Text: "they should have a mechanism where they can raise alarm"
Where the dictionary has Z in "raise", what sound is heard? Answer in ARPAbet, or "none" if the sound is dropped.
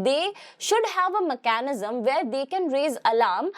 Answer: Z